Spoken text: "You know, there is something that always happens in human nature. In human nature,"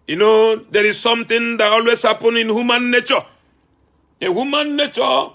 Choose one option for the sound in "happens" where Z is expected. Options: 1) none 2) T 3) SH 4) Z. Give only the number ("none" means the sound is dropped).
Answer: 1